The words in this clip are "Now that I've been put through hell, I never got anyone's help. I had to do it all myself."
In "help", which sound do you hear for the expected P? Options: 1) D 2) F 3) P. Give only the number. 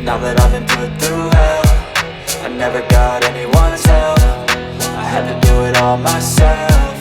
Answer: 2